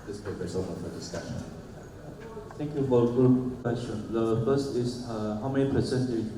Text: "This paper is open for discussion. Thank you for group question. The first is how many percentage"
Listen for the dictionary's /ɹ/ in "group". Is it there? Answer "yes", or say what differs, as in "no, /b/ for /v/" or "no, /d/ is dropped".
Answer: no, /ɹ/ is dropped